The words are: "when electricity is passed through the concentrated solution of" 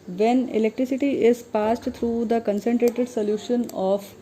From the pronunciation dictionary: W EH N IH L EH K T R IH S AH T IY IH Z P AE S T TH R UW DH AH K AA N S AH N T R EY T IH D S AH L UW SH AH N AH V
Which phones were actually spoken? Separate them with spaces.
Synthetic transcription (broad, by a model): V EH N IH L EH K T R IH S AH T IY IH Z P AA S T T R UW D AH K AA N S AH N T R EY T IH D S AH L UW SH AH N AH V